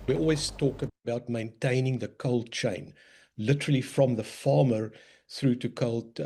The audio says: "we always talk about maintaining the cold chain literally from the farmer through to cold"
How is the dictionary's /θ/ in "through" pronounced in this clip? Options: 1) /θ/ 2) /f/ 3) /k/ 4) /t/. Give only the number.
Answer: 1